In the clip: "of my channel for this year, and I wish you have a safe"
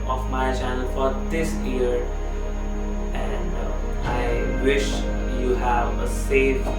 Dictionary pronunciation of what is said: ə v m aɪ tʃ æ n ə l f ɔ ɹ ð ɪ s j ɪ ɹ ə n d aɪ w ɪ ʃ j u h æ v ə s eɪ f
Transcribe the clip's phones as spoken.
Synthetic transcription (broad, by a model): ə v m aɪ tʃ æ n ə l f ɔ ɹ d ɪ s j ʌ ɹ ə n d aɪ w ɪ ʃ j u h æ v ə s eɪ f